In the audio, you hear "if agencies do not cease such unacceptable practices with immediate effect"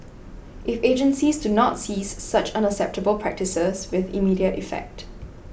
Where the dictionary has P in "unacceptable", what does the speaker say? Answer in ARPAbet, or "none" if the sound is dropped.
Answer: P